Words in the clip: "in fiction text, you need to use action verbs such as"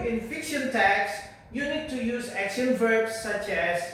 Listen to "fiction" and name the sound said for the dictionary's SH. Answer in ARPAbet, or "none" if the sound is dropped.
SH